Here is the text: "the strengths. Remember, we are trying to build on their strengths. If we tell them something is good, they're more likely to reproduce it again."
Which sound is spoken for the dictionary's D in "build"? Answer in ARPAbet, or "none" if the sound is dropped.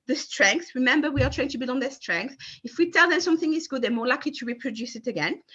none